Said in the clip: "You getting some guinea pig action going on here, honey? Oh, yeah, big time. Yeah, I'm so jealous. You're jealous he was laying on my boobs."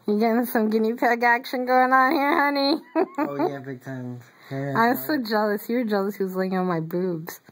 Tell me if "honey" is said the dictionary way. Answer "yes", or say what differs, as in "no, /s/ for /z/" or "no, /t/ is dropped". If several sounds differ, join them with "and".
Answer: yes